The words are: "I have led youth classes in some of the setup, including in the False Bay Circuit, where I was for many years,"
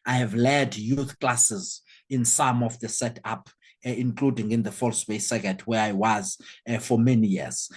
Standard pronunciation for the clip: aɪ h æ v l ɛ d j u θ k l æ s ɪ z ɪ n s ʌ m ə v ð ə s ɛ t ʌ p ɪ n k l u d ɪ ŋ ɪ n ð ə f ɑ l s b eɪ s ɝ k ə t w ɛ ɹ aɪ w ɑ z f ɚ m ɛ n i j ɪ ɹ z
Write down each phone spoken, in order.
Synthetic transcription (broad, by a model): aɪ h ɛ v l ɛ d j u θ k l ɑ s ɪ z ɪ n s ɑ m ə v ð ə s ɛ t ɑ p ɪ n k l u d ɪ ŋ ɪ n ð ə f ɑ l s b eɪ s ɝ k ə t w ɛ ɹ aɪ w ɑ z f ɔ m ɛ n i j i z